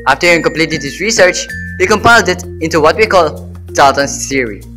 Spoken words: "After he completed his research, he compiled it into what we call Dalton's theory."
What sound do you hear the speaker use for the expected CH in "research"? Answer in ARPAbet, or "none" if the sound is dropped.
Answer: CH